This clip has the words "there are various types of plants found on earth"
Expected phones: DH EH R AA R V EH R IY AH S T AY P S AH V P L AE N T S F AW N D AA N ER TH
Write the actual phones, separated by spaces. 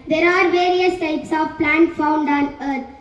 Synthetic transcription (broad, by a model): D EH R AA R V EH R IY AH S T AY P S AH V P L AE N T F AW N D AA N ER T